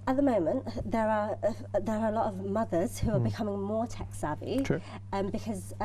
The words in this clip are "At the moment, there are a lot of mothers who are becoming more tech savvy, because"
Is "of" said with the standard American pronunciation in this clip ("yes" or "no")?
yes